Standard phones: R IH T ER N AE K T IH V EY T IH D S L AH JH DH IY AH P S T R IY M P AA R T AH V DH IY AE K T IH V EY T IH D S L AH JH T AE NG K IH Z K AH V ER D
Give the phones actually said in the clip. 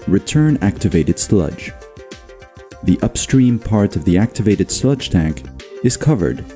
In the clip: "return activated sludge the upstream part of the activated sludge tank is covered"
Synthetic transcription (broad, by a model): R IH T ER N AE K T IH V EY T IH D S L AH JH DH IY AH P S T R IY M P AA R T AH V DH IY AE K T IH V EY T IH D S L AH JH T AE NG K IH Z K AH V ER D